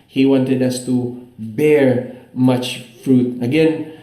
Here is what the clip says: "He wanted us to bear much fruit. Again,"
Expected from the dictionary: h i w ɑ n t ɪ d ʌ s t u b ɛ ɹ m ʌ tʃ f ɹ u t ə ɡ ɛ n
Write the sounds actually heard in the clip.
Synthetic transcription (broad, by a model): h i w ɑ n t ɪ d ʌ s t u b ɛ ɹ m ʌ tʃ f ɹ u t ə ɡ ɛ n